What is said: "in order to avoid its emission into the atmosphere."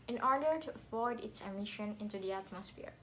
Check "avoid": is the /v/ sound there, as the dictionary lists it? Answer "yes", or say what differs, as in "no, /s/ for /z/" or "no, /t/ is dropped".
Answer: no, /f/ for /v/